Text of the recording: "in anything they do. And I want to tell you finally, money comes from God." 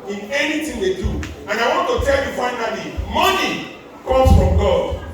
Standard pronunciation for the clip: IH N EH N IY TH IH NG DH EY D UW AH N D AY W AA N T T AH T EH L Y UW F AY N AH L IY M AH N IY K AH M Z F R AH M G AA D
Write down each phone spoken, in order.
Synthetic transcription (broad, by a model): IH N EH N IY T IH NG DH EY D UW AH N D AY W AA N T T AH T EH L Y UW F AY N AH L IY M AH N IY K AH M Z F R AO M G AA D